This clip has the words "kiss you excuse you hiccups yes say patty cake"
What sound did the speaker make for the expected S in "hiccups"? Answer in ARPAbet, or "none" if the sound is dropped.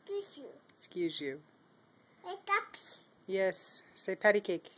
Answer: none